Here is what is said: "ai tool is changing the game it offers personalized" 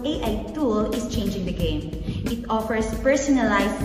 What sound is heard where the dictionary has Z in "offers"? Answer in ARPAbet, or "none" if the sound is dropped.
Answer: S